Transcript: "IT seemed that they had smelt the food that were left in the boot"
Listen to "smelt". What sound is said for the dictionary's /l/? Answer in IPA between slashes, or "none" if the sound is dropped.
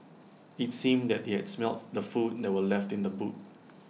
/l/